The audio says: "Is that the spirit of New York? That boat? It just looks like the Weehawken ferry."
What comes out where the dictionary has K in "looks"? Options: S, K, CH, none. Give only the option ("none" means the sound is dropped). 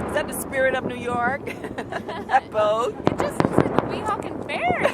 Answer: none